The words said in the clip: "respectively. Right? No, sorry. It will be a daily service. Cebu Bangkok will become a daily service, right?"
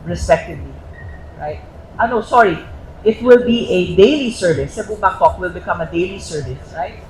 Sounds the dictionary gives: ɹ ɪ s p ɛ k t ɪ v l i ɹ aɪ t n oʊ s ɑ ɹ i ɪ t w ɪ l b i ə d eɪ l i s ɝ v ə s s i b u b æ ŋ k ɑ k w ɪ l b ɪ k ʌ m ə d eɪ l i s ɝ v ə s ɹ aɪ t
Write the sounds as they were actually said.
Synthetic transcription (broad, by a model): ɹ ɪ s p ɛ k t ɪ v l i ɹ aɪ t n oʊ s ɑ ɹ i ɪ t w ɪ l b i ə d eɪ l i s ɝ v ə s s i b u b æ k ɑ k w ɪ l b ɪ k ʌ m ə d eɪ l i s ɝ v ə s ɹ aɪ t